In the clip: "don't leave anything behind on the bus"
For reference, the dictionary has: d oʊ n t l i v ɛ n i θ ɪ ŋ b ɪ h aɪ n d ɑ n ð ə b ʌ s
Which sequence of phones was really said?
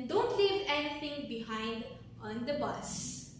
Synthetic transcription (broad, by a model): d oʊ n t l i v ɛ n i t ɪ ŋ b ɪ h aɪ n d ɑ n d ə b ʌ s